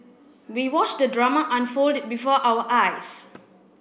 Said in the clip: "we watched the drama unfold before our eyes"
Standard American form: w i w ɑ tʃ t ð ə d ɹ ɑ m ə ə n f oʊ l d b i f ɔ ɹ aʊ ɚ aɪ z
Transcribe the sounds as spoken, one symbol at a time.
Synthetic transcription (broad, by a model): w i w ɑ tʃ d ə d ɹ ɑ m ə ə n f oʊ l d b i f ɔ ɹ aʊ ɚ aɪ s